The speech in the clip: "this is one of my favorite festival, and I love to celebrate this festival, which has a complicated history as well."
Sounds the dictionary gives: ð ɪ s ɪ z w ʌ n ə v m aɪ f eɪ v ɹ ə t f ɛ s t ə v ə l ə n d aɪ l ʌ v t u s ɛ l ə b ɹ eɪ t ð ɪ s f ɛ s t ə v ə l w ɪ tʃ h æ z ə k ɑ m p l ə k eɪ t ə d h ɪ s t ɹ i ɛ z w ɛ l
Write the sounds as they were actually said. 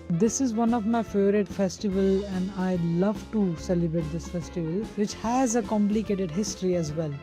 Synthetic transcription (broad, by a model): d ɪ s ɪ z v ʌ n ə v m aɪ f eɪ ɹ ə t f ɛ s t ə v ə l ə n d aɪ l ʌ v t u s ɛ l ə b ɹ eɪ t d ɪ s f ɛ s t ə v ə l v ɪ tʃ h æ z ə k ɑ m p l ə k eɪ t ə d h ɪ s t ɹ i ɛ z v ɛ l